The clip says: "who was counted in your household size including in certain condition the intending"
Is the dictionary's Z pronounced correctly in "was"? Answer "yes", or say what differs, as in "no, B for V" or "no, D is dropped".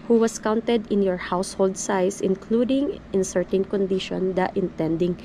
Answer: no, S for Z